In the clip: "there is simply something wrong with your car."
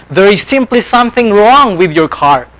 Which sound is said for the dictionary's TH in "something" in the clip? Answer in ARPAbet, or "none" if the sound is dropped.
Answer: TH